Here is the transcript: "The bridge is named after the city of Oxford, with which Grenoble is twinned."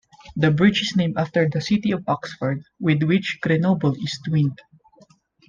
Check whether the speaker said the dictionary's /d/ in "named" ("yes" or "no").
no